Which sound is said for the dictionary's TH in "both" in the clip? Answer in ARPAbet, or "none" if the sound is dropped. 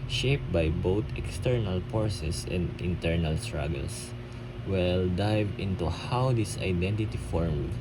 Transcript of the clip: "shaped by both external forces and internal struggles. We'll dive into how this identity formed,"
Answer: T